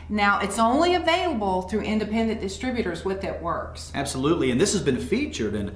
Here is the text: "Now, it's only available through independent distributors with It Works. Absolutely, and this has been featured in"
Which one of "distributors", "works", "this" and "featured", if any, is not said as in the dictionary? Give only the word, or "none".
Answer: none